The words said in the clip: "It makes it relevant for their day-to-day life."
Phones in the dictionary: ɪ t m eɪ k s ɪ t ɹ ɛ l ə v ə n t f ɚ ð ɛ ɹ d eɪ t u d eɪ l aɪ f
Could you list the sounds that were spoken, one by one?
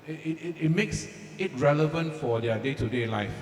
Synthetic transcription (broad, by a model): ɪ t m eɪ k s ɪ t ɹ ɛ l ə v ə n t f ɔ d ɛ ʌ d eɪ t u d eɪ l aɪ f